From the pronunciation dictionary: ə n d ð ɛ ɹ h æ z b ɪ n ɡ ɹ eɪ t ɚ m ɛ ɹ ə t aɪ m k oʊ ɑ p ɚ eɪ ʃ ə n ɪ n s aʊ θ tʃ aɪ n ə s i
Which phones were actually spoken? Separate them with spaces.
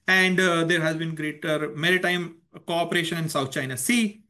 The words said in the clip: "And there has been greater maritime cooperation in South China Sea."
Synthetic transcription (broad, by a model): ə n d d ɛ ɹ h æ z b ɪ n ɡ ɹ eɪ t ɚ m ɛ ɹ ə t aɪ m k oʊ ɑ p ɚ eɪ ʃ ə n ɪ n s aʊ t tʃ aɪ n ə s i